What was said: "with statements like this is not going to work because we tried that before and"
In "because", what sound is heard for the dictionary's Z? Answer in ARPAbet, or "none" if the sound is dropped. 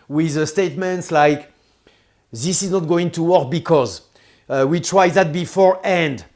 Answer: Z